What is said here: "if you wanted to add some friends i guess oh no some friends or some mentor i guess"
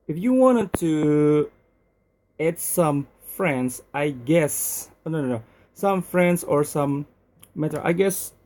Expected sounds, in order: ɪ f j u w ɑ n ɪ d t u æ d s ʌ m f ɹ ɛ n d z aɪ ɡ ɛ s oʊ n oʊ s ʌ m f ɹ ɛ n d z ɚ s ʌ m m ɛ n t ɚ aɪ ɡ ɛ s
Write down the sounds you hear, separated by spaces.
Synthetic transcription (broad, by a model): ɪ f j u w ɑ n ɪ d t u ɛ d s ʌ m f ɹ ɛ n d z aɪ ɡ ɛ s oʊ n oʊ s ʌ m f ɹ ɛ n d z ɚ s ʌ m m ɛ t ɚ aɪ ɡ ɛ s